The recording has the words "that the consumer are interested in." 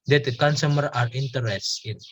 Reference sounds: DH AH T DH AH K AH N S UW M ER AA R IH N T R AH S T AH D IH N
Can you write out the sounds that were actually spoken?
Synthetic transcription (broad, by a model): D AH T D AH K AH N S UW M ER AA R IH N T AH T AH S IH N